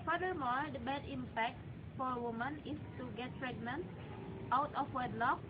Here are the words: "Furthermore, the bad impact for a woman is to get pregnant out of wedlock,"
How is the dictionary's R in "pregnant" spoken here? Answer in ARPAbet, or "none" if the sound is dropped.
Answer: R